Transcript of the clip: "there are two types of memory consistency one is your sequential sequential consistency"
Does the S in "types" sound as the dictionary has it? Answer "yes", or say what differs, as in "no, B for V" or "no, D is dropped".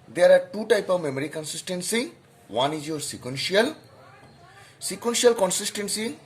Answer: no, S is dropped